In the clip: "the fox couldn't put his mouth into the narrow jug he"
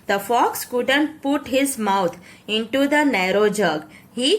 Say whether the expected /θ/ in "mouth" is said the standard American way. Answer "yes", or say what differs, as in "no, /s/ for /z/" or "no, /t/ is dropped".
no, /t/ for /θ/